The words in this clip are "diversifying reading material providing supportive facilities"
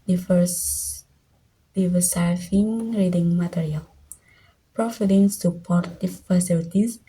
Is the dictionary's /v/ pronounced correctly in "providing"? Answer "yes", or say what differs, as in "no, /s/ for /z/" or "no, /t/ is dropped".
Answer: no, /f/ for /v/